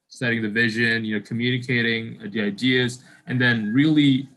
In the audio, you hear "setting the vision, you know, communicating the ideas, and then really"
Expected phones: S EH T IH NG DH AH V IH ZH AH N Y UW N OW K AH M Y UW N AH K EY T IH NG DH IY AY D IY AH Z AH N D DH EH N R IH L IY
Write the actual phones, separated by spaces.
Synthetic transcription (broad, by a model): S EH T IH NG DH AH V IH ZH AH N Y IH N OW K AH M Y UW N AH K EY T IH NG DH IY AY D IY AH Z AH N DH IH N R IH L IY